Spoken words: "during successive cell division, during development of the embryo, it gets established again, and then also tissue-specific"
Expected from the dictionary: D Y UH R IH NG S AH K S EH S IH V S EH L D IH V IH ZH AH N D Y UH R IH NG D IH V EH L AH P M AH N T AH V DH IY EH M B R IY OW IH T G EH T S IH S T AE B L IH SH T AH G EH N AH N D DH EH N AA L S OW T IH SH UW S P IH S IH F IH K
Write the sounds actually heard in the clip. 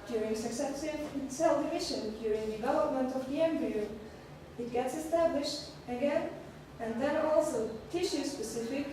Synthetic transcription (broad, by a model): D Y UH R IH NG S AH K S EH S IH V S EH L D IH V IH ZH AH N D Y UH R IH NG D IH V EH L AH P M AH N T AH V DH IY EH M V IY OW IH T G EH T S IH S T AE B L IH SH T AH G EH N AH N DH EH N AA L S OW T IH SH UW S P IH S IH F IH K